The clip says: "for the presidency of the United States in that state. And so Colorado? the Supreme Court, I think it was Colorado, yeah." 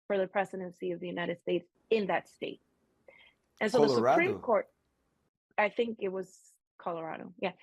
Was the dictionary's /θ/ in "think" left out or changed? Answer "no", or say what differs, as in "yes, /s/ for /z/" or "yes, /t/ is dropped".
no